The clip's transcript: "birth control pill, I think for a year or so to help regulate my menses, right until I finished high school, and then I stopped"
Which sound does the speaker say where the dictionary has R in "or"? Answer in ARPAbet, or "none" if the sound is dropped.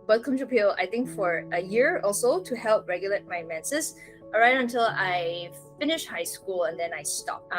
L